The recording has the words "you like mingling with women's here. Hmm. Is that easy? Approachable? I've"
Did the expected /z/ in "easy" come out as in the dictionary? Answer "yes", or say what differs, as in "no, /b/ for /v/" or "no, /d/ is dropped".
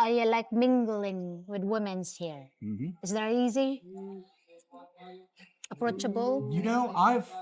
yes